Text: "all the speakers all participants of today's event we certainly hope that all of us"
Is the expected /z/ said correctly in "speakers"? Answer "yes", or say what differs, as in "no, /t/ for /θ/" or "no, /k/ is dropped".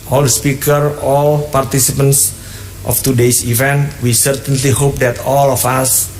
no, /z/ is dropped